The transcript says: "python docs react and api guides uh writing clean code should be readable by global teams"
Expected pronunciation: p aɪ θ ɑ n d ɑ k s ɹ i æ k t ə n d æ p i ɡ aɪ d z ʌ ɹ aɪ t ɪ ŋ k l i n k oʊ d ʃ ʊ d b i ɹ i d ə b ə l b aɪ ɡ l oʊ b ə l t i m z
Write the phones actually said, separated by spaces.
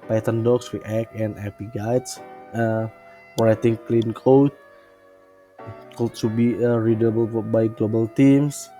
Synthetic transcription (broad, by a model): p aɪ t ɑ n d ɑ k s w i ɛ k ə n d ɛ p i ɡ aɪ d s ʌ ɹ aɪ t ɪ ŋ k l i n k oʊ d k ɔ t b i ɹ i d ə b ə l b aɪ ɡ l oʊ b ə l t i m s